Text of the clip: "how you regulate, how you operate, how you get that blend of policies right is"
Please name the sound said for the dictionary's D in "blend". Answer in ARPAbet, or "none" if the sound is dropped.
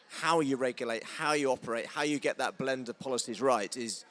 D